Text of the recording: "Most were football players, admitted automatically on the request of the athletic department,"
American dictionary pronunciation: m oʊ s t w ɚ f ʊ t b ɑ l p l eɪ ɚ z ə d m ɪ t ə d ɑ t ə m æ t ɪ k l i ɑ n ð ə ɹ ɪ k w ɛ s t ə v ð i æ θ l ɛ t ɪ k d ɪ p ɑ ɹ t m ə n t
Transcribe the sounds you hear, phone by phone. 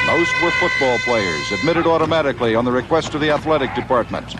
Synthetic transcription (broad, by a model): m oʊ s t w ɚ f ʊ t b ɑ l p l eɪ ɚ z ə d m ɪ t ə d ɑ t ə m æ t ɪ k l i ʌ n ð ə ɹ ɪ k w ɛ s t ə v ð i æ θ l ɛ t ɪ k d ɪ p ɑ ɹ t m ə n t